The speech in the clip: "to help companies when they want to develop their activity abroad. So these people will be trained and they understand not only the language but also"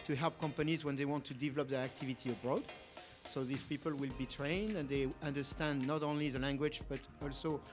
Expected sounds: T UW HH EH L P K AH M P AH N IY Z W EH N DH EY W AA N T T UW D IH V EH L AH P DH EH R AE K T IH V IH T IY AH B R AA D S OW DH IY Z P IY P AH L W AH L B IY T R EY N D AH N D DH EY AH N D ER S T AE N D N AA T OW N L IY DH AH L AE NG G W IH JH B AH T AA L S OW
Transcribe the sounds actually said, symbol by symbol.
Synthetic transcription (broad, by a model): T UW HH EH L P K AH M P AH N IY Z W EH N DH EY W AA N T T UW D IH V EH L AH P DH EH R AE K T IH V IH T IY AH B R AA D S OW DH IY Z P IY P AH L W AH L B IY T R EY N D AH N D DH EY AH N D ER S T AE N D N AA T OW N L IY DH AH L AE NG G W IH JH B AH T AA L S OW